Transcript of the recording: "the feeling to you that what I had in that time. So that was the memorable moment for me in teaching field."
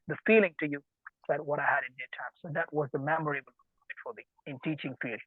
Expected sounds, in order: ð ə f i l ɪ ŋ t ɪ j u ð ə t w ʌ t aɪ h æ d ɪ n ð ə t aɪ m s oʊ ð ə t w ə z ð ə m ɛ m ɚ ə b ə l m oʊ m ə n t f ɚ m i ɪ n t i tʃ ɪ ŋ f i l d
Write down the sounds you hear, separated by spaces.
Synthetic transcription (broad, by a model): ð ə f i l ɪ ŋ t ɪ j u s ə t w ʌ t aɪ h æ d ɪ n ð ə t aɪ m s oʊ ð ə t w ə z ð ə m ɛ m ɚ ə ə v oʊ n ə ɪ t f ɚ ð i ɪ n t i tʃ ɪ ŋ f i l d